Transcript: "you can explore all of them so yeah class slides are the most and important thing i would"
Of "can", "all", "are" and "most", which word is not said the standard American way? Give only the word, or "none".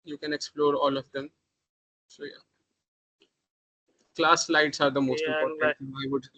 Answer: none